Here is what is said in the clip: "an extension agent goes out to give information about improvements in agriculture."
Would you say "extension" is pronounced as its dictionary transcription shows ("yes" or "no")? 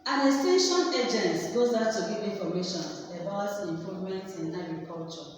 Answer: no